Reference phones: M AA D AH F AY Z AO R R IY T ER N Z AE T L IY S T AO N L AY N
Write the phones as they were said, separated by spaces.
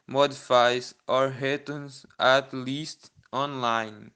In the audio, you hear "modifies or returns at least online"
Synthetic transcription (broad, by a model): M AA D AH F AY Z AO R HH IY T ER N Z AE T L IY S T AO N L AY N